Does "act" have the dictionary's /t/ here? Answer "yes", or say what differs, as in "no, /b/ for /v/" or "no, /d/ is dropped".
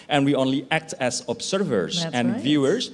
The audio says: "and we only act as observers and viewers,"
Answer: yes